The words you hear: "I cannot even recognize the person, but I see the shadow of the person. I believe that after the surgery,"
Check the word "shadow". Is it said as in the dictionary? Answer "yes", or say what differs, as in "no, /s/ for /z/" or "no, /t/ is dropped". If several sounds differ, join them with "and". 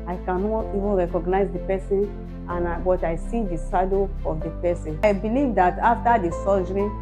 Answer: no, /s/ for /ʃ/